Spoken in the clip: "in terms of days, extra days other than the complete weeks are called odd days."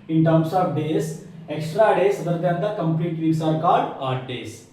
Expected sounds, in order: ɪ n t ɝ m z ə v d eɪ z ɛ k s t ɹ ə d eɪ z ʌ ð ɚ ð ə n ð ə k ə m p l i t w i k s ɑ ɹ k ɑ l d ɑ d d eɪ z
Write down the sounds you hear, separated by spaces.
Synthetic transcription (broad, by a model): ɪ n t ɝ m s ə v d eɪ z ɛ k s t ɹ ə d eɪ s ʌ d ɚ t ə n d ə k ə m p l i t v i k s ɑ ɹ k ɑ l d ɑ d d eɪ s